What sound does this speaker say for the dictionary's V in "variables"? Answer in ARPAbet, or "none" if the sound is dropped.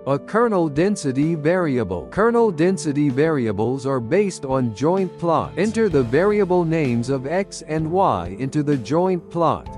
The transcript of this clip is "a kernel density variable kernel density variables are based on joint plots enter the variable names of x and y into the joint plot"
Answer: V